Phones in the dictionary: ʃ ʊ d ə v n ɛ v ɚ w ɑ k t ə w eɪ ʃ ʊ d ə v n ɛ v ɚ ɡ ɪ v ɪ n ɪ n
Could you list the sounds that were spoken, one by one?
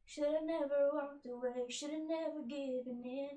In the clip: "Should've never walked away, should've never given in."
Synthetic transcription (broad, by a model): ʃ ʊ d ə n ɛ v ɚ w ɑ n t ə w eɪ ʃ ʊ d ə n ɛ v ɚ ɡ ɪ b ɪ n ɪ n